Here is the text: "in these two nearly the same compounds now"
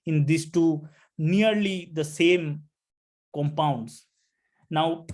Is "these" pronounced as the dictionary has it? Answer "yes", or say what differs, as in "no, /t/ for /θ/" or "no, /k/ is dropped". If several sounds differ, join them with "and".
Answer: no, /s/ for /z/